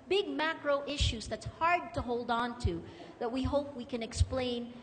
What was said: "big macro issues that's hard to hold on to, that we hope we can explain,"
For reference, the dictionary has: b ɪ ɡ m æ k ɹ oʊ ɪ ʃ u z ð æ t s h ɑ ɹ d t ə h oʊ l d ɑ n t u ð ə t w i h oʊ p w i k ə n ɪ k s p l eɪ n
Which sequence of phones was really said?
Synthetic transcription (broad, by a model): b ɪ ɡ m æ k ɹ oʊ ɪ ʃ u z ð æ t s h ɑ ɹ d t ə h oʊ l d n t u ð ə t w i h oʊ p w i k ə n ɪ k s p l eɪ n